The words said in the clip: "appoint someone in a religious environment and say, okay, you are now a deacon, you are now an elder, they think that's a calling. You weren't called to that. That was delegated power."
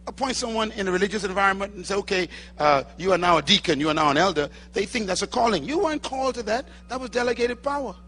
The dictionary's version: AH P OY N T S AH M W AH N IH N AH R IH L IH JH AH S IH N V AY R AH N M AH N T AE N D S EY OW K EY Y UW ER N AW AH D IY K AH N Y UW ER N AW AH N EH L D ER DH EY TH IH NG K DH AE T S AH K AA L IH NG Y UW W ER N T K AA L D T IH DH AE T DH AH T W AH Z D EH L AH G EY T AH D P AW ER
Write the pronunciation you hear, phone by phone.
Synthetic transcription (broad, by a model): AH P OY N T S AH M W AH N IH N AH R IH L IH JH AH S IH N V AY R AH N M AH N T N S EY OW K EY Y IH ER N AW AH D IY K AH N Y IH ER N AW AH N EH L D ER DH EY TH IH NG K DH AE T S AH K AA L IH NG Y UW W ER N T K AA L T IH DH AE T DH AH T W AH Z D EH L AH G EY T AH D P AW ER